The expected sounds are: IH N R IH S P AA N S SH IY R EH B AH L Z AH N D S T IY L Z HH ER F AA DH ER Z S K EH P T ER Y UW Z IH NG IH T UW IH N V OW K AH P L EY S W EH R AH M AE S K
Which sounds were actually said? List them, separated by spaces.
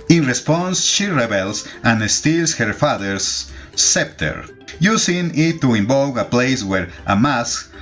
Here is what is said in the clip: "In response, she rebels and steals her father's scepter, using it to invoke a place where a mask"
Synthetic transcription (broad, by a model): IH N R IH S P AA N S SH IY R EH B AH L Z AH N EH S T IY L S HH ER F AA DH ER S EH P T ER Y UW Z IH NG IH T UW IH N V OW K AH P L EY S W EH R AH M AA S K